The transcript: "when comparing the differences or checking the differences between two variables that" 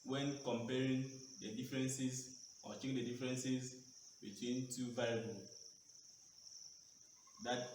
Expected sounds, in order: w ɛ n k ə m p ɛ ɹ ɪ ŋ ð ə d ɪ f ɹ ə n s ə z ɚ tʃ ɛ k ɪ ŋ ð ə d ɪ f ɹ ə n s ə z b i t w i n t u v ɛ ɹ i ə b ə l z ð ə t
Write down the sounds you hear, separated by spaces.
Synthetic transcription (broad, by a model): w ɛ n k ə m p ɛ ɹ ɪ ŋ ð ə d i f ɹ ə n s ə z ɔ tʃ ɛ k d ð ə d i f ɹ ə n s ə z b i t w i n t u v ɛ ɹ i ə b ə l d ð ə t